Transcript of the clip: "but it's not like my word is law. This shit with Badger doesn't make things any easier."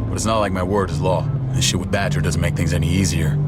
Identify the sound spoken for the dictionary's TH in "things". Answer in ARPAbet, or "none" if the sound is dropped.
TH